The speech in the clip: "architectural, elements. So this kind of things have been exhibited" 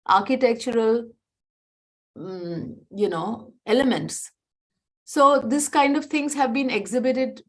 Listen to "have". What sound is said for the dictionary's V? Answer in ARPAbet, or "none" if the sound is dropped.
V